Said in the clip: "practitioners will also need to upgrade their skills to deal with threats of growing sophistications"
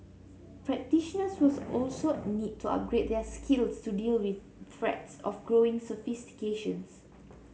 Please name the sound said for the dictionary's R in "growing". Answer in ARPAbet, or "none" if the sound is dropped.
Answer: R